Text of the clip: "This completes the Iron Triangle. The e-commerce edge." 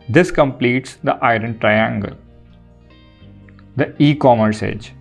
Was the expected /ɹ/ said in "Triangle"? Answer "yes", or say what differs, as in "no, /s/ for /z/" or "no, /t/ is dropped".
yes